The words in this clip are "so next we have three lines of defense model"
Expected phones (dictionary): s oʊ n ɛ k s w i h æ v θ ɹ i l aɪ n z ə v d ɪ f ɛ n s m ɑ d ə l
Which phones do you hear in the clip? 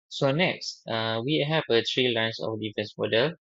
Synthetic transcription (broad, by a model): s oʊ n ɛ k s w i h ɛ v t ɹ i l aɪ n s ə f d ɪ f ɛ n s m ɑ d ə